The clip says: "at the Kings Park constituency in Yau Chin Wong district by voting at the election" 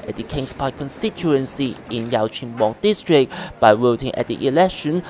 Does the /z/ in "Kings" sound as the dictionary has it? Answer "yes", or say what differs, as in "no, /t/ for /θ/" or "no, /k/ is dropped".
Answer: no, /s/ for /z/